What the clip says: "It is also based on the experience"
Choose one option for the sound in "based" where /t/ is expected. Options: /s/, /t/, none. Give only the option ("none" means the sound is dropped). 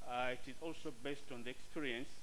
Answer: /t/